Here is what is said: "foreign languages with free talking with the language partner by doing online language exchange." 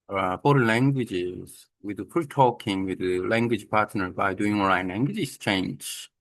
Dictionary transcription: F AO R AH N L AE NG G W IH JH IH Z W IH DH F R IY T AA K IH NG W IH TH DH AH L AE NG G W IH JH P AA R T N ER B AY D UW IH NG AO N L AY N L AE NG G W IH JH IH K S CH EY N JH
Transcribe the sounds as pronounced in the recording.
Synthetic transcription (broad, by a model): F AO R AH L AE NG G W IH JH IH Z W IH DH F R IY T AA K IH NG W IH DH AH L AE NG G W IH JH P AA R T N ER B AY D UW IH NG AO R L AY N L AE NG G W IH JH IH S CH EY N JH